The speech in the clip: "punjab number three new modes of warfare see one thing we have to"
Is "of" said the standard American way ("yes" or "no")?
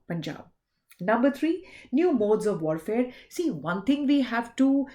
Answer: yes